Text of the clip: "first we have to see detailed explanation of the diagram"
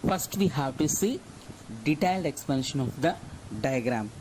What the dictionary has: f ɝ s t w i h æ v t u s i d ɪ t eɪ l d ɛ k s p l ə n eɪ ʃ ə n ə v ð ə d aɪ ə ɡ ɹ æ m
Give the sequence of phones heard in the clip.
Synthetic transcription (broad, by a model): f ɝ s t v i h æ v t u s i d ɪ t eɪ l d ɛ k s p ə n ʃ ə n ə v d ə d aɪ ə ɡ ɹ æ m